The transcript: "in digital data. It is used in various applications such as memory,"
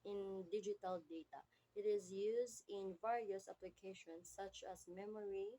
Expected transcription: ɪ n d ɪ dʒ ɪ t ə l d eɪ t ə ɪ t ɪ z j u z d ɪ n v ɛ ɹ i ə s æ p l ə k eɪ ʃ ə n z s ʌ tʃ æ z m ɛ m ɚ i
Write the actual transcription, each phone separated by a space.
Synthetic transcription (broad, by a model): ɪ n d ɪ dʒ ɪ t ə l d eɪ t ə ɪ t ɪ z j u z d ɪ n v ɛ ɹ i ə s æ p l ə k eɪ ʃ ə n s ʌ tʃ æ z m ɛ m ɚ i